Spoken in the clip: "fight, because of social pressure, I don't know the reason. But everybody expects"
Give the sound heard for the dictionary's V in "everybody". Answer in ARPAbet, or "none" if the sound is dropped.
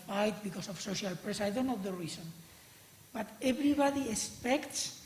B